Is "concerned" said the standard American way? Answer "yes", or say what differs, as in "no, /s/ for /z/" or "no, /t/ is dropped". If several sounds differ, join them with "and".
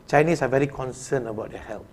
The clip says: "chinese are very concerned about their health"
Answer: no, /d/ is dropped